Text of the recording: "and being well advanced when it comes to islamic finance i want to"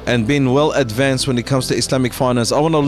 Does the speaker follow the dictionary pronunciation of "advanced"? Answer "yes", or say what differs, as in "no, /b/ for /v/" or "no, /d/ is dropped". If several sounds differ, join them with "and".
yes